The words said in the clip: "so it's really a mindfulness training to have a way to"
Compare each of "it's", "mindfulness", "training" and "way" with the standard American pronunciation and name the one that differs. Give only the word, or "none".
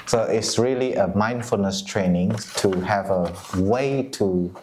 none